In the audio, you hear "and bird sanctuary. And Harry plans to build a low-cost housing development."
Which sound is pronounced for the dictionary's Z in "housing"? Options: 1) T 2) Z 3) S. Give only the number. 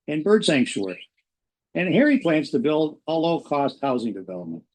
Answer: 2